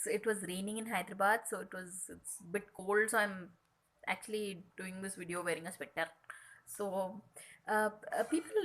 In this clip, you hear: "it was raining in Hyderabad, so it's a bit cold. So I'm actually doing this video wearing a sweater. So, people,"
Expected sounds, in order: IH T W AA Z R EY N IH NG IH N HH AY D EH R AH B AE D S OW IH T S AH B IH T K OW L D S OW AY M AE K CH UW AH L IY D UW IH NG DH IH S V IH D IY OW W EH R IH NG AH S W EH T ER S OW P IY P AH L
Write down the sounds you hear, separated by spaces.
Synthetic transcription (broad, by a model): IH T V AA Z R EY N IH NG IH N HH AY D R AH B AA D S OW IH T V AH B IH T K OW L D S OW AY M AE K CH UW AH L IY D UW IH NG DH IH S V IH D IY OW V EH R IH NG AH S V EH T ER S OW P IY P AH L